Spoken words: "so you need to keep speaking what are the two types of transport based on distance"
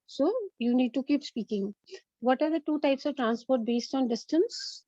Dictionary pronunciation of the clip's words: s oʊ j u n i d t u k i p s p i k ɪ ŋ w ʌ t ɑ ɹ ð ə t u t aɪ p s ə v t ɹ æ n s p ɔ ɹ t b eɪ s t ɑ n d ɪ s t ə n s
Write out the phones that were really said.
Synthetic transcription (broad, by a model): s oʊ j u n i d t u k i p s p i k ɪ ŋ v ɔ t ɑ ɹ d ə t u t aɪ p s ə v t ɹ æ n s p ɔ ɹ t b eɪ s t ɑ n d ɪ s t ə n s